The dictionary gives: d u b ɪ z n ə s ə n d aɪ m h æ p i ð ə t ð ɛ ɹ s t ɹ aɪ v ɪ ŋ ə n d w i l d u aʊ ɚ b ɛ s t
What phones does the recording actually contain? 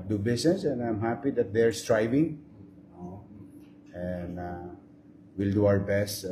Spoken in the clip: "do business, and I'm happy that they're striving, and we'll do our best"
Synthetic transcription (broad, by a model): d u b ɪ s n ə s ə n d aɪ m h æ p i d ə t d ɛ ɹ s t ɹ aɪ v ɪ ŋ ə n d w i l d u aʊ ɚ b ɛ s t